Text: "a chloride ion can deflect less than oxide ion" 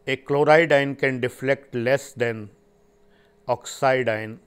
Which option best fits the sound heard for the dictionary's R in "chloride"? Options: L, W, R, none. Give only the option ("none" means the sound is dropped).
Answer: R